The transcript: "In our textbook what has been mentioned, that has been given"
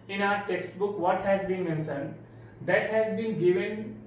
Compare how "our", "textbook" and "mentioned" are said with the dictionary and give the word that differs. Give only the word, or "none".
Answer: mentioned